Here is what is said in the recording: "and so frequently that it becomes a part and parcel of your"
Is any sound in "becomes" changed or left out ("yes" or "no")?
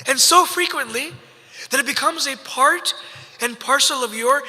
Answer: no